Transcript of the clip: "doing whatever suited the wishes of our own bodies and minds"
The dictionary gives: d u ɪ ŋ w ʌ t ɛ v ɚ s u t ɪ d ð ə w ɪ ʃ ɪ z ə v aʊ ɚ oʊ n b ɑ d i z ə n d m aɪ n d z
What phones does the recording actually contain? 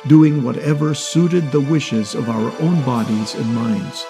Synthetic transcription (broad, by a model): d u ɪ ŋ w ʌ t ɛ v ɚ s u t ɪ d ð ə w ɪ ʃ ɪ z ə v aʊ ɚ oʊ n b ɑ d i z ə n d m aɪ n d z